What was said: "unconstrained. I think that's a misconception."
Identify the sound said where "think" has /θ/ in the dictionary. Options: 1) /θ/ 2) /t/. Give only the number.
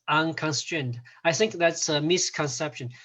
1